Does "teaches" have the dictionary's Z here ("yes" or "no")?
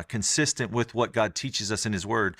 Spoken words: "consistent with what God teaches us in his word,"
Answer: yes